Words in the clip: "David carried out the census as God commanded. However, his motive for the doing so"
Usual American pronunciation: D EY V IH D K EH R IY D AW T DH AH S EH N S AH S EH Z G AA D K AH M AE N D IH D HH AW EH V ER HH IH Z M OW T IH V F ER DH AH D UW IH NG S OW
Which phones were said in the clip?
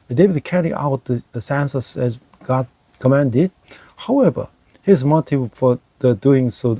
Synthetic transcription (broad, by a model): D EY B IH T K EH R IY AW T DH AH S EH N S AH S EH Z G AA D K AH M AE N D IH D HH AW EH V ER HH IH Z M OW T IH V F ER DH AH D UW IH NG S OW